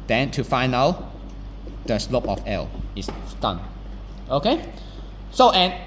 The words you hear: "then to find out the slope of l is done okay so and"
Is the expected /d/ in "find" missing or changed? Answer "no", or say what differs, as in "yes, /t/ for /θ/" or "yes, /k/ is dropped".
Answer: yes, /d/ is dropped